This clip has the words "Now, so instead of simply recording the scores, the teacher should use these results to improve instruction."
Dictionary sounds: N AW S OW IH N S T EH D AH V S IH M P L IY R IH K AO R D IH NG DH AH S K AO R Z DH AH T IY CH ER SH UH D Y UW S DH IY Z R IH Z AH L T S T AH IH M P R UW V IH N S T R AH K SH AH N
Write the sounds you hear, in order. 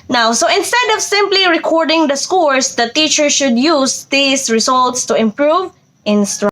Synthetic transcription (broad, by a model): N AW S OW IH N S T EH D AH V S IH M P L IY R IH K AO R D IH NG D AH S K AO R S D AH T IY CH ER SH UH D Y UW S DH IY S R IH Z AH L T S T AH IH M P R UW V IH N S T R